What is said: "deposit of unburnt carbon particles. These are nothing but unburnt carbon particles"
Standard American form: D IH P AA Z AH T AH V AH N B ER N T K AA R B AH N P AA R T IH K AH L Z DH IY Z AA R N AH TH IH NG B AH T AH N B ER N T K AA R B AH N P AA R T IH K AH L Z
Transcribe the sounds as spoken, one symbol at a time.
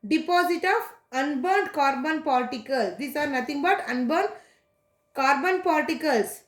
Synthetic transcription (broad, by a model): D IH P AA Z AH T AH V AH N B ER N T K AA R B AH N P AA R T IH K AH L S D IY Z AA R N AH T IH NG B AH T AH N B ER N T K AA R B AH N P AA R T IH K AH L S